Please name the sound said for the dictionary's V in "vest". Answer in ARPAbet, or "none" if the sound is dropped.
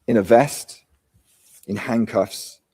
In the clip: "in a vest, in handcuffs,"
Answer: V